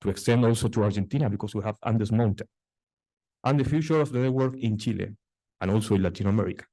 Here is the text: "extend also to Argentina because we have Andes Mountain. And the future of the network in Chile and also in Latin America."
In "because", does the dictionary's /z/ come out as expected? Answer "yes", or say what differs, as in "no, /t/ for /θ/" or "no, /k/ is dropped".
no, /s/ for /z/